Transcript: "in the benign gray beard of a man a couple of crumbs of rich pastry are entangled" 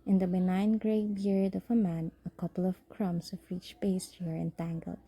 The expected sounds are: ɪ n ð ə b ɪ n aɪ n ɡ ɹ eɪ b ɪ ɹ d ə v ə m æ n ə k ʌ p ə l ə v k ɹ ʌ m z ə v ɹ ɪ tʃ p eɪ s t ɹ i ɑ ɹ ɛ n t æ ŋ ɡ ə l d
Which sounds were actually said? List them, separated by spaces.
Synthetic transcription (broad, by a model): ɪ n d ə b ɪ n aɪ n ɡ ɹ eɪ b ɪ ɹ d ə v ə m æ n ə k ʌ p ə l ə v k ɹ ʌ m s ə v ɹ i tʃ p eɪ s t i ɹ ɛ n t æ ŋ ɡ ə l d